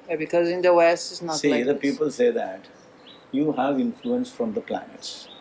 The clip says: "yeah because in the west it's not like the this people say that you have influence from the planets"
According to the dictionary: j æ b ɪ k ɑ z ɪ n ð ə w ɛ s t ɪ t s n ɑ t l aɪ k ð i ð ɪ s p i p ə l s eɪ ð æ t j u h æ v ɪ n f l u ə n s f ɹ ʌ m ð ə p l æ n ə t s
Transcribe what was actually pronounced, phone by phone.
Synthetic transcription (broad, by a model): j b ɪ k ɑ z ɪ n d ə w ɛ s t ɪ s n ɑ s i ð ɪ p i p ə l s eɪ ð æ t j u h æ v ɪ n f l u ə n s f ɹ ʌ m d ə p l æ n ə t s